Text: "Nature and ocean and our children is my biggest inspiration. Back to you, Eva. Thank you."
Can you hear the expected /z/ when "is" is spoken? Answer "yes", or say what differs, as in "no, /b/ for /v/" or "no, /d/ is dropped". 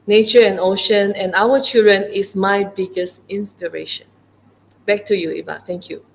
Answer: no, /s/ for /z/